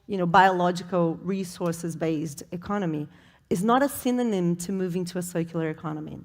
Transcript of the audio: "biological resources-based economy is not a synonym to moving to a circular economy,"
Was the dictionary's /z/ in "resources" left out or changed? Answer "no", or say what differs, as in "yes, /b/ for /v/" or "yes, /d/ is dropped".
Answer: no